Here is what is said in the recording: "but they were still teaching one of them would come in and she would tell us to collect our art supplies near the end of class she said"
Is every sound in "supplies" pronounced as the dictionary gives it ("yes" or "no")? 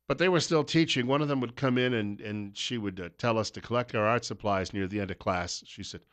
yes